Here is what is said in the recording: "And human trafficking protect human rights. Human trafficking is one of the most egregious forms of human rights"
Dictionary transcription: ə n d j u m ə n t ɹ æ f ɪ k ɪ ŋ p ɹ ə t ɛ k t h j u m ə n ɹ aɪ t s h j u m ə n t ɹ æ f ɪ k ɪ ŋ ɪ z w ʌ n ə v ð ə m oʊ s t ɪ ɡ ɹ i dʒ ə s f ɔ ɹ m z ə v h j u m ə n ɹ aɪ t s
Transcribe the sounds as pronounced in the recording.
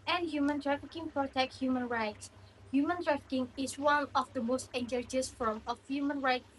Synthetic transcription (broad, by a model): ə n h j u m ə n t ɹ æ f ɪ k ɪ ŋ p ɹ ə t ɛ k t h j u m ə n ɹ aɪ t s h j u m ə n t ɹ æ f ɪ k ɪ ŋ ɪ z w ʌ n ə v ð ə m oʊ s t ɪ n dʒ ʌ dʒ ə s f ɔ ɹ m ə f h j u m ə n ɹ aɪ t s